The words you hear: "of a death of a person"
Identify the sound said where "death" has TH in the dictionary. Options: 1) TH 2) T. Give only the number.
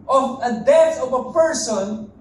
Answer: 2